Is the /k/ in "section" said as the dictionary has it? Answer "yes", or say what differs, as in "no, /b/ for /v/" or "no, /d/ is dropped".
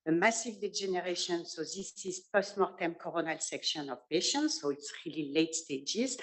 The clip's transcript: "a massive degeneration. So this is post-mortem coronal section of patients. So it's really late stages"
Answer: yes